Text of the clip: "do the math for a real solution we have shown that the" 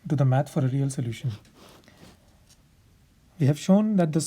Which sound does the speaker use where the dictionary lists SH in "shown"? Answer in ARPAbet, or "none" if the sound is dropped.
SH